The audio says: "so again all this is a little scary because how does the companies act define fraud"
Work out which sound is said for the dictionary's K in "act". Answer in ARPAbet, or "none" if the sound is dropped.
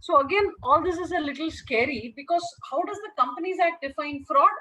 none